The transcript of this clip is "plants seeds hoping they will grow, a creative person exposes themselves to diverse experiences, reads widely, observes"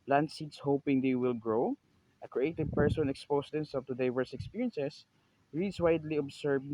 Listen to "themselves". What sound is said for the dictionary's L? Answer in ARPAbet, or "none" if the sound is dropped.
none